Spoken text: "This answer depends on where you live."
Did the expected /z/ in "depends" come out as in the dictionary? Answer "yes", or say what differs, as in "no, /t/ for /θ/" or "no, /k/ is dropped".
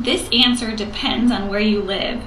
yes